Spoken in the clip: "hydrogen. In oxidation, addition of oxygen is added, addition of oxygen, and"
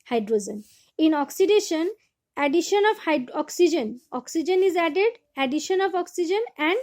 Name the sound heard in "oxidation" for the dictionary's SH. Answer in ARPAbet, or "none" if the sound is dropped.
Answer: SH